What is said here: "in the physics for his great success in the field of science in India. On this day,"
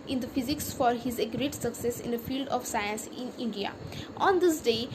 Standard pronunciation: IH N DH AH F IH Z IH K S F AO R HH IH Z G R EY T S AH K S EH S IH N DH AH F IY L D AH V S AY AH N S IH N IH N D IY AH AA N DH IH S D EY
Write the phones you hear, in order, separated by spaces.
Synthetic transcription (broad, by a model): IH N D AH F IH Z IH K S F AO R HH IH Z G R EY T S AH K S EH S IH N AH F IY L D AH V S AY AH N S IH N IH N D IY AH AA N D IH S D EY